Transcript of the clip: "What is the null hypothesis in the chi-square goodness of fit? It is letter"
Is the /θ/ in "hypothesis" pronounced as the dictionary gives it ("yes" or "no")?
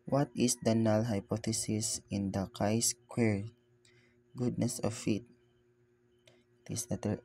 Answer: no